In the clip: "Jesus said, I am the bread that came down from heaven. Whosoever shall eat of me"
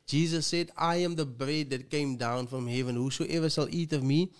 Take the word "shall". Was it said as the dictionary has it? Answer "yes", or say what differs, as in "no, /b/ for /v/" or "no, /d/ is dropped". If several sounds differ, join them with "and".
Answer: no, /s/ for /ʃ/